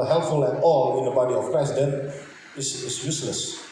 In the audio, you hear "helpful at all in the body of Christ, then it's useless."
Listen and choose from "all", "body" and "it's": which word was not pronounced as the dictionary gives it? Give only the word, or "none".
it's